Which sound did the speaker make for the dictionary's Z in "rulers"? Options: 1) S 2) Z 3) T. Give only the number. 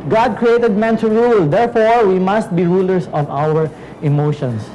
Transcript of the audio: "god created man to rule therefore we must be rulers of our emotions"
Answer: 1